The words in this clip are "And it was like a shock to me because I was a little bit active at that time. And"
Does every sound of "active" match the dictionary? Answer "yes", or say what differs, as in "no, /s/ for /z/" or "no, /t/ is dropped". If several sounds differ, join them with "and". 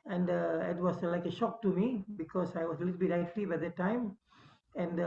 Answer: no, /b/ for /v/